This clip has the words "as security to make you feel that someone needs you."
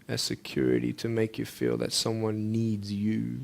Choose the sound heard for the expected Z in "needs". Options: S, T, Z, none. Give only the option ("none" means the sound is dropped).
Z